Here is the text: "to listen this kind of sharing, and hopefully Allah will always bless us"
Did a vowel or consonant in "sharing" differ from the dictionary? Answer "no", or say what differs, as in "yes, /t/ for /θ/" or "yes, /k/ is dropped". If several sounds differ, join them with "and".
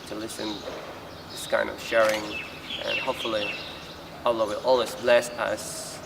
no